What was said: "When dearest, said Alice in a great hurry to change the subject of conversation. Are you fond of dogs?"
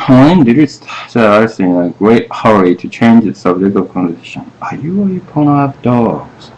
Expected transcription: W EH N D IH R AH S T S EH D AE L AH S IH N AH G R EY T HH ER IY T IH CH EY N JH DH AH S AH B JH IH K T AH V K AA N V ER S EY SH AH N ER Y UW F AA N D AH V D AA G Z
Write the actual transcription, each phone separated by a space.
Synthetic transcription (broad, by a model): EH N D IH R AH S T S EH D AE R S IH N AH G R EY T HH ER IY T IH CH EY N JH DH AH S AH B JH IH K T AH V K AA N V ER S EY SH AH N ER Y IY P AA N AH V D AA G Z